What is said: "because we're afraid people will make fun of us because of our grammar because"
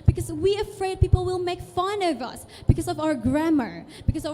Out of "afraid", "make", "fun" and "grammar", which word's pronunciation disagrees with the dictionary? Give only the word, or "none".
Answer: none